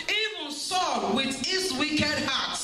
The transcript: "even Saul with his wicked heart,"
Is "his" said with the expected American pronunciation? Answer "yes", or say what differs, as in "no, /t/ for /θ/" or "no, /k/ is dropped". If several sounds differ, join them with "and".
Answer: no, /s/ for /z/